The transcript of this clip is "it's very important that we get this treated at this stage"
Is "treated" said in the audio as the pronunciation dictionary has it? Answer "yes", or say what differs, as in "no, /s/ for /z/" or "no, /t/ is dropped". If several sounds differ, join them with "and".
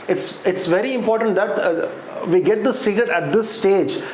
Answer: no, /ɹ/ is dropped